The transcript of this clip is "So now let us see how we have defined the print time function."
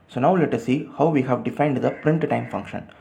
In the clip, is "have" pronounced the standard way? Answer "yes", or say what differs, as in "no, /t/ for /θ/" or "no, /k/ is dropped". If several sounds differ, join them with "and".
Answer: yes